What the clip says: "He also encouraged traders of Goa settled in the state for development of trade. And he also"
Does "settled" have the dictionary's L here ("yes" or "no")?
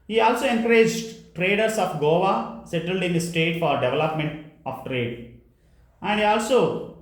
yes